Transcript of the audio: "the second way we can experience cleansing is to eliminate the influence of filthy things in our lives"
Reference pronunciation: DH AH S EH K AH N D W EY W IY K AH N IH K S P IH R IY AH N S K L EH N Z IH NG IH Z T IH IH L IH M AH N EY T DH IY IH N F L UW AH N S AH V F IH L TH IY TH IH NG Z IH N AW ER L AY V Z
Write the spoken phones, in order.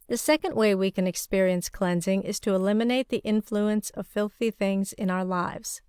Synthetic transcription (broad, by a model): DH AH S EH K AH N D W EY W IY K AH N IH K S P IH R IY AH N S K L EH N Z IH NG IH Z T IH IH L IH M AH N EY T DH IY IH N F L UW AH N S AH V F IH L TH IY TH IH NG Z IH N AW ER L AY V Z